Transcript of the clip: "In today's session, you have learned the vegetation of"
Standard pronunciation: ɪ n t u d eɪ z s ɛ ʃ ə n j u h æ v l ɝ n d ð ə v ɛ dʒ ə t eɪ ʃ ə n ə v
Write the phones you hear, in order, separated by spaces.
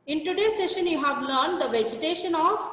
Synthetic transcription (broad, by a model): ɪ n t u d eɪ s ɛ ʃ ə n j u h æ v l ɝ n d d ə v ɛ dʒ ə t eɪ ʃ ə n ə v